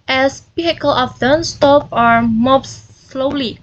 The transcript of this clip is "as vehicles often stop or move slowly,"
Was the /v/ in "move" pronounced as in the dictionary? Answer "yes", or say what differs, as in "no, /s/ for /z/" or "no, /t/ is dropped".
no, /p/ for /v/